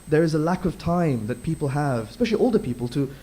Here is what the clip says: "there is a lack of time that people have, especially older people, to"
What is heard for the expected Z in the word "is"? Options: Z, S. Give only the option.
Z